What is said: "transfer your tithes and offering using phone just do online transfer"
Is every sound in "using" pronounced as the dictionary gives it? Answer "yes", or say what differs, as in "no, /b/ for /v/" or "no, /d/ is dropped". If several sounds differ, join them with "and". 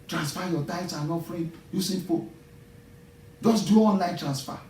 no, /s/ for /z/